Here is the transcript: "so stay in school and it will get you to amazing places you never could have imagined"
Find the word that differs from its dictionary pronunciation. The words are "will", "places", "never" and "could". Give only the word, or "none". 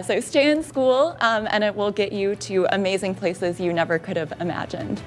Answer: none